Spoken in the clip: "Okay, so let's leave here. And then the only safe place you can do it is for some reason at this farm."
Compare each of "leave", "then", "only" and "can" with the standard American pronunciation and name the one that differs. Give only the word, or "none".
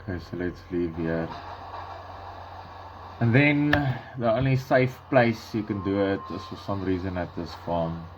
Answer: only